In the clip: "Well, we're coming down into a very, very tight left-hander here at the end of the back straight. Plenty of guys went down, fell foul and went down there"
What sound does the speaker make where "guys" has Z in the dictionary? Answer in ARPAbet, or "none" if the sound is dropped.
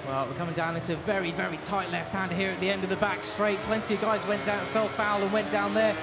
Z